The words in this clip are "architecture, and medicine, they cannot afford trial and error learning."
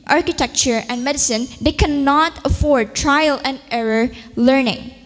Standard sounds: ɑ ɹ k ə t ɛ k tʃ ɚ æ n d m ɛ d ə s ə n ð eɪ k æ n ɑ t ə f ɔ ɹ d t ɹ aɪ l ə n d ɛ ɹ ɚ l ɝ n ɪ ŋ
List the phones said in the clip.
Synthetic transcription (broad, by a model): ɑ ɹ k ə t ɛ k tʃ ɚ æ n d m ɛ d ə s ə n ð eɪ k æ n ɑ t ə f ɔ ɹ d t ɹ aɪ l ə n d ɛ ɹ ɚ l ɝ n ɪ ŋ